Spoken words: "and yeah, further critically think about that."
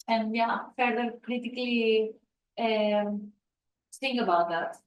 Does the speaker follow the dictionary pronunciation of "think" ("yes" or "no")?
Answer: no